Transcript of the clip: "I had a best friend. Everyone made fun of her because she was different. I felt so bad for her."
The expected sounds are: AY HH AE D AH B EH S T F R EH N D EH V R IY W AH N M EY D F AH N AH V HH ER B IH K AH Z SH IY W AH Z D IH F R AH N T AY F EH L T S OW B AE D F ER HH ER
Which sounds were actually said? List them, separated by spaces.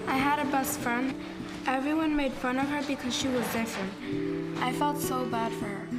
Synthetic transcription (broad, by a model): AY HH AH D AH B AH S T F R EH N D EH V R IY W AH N M EY D F AH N AH V ER B IH K AH Z SH IY W AH Z D IH F R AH N T AY F EH L T S OW B AE D F ER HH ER